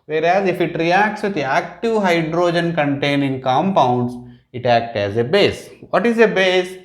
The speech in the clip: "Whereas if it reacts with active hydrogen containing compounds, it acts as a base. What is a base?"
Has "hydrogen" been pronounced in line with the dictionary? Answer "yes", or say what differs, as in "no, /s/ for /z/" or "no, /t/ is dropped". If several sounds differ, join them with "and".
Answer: yes